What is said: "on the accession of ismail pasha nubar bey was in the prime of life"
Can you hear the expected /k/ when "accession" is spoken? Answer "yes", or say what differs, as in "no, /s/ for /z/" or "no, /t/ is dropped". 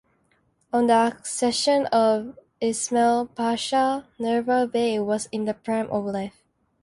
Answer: yes